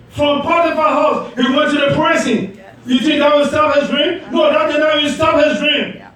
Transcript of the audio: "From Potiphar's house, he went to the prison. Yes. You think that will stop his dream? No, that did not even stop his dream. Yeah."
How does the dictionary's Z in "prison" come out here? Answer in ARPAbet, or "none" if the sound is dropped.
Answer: S